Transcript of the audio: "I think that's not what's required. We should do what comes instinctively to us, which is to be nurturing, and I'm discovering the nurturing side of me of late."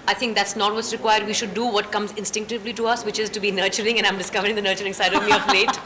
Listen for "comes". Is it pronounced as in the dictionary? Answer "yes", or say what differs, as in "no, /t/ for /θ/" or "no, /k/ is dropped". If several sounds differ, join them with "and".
yes